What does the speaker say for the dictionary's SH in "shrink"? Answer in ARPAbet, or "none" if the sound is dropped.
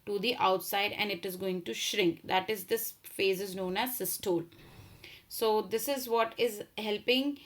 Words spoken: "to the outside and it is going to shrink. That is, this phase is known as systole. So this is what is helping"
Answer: SH